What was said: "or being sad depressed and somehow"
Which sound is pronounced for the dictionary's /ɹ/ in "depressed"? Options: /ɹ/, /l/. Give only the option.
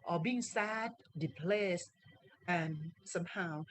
/l/